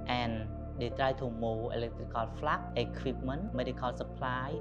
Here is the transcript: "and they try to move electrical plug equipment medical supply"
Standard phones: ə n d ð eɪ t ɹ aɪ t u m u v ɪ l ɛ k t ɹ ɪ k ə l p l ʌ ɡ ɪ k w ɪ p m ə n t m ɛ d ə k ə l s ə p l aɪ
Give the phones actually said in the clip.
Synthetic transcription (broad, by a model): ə n d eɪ t ɹ aɪ t u m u ɪ l ɛ k t ɹ ɪ k ə l f l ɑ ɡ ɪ k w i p m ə n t m ɛ d ə k ə l s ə p l aɪ